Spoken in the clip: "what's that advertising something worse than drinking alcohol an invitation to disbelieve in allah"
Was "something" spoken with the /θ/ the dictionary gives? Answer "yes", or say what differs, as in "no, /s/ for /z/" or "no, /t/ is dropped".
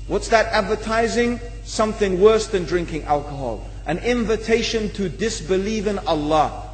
yes